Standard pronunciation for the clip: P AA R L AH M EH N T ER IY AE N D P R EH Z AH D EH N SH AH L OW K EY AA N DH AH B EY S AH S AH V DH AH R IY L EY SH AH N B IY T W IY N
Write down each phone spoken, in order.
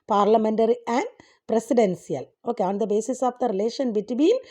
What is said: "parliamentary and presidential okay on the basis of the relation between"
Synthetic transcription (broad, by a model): P AA R L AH M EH N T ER IY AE N D P R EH S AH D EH N S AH L OW K EY AA N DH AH B EY S AH S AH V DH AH R IY L EY SH AH N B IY T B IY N